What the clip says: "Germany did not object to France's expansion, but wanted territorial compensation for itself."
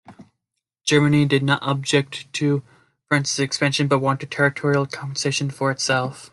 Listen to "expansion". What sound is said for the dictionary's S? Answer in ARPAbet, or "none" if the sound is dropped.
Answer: S